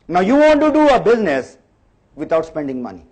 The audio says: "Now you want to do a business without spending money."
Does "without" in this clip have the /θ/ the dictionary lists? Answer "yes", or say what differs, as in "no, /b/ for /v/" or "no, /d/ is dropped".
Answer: no, /t/ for /θ/